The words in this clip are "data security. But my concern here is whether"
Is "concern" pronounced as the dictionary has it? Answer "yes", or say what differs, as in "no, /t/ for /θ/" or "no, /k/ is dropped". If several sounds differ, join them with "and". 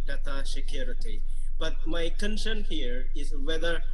no, /ʃ/ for /s/